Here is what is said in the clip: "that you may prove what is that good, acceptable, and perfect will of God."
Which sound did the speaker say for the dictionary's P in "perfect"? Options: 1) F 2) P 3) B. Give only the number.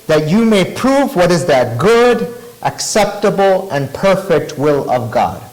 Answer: 2